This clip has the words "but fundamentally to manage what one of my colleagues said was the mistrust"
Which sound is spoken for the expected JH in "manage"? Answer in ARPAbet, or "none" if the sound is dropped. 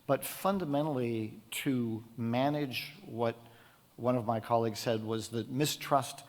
JH